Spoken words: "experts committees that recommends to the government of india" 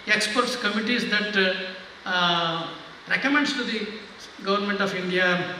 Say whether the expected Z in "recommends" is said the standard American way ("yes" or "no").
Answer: no